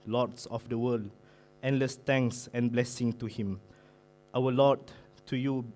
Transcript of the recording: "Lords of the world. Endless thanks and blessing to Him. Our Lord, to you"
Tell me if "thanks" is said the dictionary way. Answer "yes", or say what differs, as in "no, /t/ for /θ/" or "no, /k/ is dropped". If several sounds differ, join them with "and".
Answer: no, /t/ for /θ/